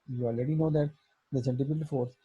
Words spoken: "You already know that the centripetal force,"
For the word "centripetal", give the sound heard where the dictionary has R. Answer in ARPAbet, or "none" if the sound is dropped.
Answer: none